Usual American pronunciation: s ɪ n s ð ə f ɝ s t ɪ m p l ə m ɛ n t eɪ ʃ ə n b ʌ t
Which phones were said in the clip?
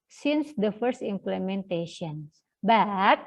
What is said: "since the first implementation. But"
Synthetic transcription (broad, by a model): s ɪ n s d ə f ɝ s t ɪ m p l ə m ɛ n t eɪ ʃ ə n b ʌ t